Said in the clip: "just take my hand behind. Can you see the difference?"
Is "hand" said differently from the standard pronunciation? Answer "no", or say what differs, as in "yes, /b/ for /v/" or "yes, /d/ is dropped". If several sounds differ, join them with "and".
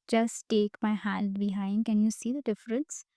yes, /l/ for /n/